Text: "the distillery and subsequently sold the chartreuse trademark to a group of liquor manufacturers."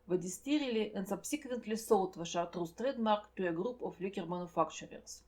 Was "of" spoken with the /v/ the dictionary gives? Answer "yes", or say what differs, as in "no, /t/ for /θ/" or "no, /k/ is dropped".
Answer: no, /f/ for /v/